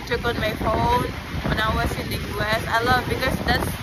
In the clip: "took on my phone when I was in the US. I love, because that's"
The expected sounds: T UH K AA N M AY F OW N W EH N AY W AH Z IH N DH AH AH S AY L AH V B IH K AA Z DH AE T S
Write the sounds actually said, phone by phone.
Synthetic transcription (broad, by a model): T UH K AA N M AY F OW N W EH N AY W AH S IH N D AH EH S AY L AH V B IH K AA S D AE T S